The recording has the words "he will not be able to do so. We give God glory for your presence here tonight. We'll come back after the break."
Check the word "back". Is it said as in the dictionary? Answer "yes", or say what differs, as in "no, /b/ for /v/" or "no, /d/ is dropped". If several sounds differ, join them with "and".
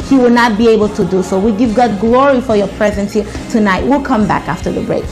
yes